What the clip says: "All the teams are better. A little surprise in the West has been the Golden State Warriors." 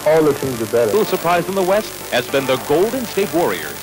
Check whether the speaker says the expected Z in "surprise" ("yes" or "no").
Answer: yes